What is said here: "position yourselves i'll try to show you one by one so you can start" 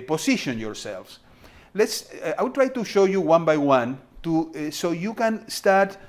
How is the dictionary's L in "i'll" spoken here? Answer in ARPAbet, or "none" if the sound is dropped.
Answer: W